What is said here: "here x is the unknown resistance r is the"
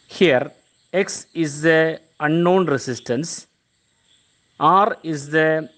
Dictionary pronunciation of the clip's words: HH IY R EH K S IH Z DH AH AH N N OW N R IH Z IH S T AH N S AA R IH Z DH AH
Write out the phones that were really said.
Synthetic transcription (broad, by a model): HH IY R EH K S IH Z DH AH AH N N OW N R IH S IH S T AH N S AA R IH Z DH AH